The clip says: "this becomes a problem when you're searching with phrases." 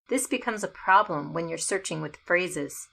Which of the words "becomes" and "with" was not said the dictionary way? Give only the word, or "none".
none